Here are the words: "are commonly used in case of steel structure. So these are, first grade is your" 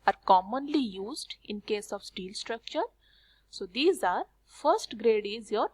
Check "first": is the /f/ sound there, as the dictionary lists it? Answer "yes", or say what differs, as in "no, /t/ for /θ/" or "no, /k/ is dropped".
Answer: yes